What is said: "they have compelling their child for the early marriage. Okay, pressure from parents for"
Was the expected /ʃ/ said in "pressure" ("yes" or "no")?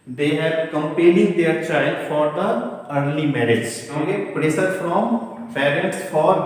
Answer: no